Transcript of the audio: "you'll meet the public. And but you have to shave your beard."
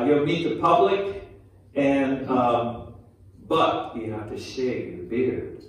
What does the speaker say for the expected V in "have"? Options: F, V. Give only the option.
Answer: F